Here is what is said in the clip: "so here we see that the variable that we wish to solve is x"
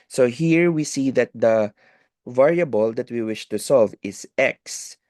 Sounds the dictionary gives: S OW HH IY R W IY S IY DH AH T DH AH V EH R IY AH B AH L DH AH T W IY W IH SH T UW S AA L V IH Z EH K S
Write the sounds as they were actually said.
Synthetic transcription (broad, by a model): S OW HH IY R W IY S IY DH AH T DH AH V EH R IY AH B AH L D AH T W IY W IH SH T UW S AA L V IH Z EH K S